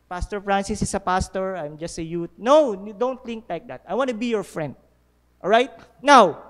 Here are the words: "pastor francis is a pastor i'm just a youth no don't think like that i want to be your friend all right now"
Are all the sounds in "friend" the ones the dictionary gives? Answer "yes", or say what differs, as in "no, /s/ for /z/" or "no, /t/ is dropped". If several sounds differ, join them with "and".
yes